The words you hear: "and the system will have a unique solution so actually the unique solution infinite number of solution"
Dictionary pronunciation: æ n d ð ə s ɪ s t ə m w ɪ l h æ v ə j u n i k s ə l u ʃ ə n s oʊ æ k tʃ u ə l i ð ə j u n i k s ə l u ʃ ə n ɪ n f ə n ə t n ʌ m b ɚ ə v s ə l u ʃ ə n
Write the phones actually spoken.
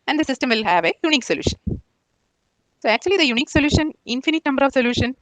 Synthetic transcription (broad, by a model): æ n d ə s ɪ s t ə m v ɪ l h æ v ə j u n i k s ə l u ʃ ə n s oʊ æ k tʃ u ə l i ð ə j u n i k s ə l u ʃ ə n ɪ n f ə n ə t n ʌ m b ɚ ə v s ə l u ʃ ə n